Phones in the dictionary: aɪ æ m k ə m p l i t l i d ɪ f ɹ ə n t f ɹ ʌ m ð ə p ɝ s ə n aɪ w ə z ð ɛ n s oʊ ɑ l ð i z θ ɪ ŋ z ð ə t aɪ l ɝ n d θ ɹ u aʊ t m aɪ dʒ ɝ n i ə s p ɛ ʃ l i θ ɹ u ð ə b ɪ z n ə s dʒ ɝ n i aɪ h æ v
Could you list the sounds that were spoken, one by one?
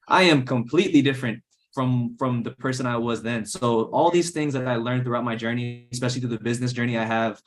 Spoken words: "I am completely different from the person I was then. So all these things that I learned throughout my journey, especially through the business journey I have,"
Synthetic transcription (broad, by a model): aɪ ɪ m k ə m p l i t l i d ɪ f ɹ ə n t f ɹ ʌ m ð ə p ɝ s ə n aɪ w ə z ð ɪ n s oʊ ɑ l ð i z θ ɪ ŋ z ð ə t aɪ l ɝ n θ ɹ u aʊ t m aɪ dʒ ɝ n i ə s p ɛ ʃ l i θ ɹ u ð ə b ɪ z n ə s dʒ ɝ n i aɪ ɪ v